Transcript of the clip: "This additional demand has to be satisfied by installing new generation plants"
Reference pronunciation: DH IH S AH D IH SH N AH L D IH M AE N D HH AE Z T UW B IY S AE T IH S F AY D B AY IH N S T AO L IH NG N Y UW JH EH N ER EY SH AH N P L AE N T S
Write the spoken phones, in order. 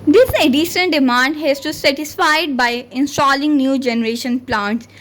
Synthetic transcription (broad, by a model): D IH S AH D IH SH AH N D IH M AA N D HH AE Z T UW S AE T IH S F AY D B AY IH N S T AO L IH NG N Y UW JH EH N ER EY SH AH N P L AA N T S